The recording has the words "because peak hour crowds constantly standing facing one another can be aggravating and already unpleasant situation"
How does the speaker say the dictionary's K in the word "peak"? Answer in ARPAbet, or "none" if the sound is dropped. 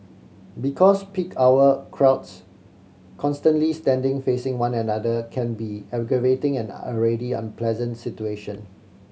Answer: K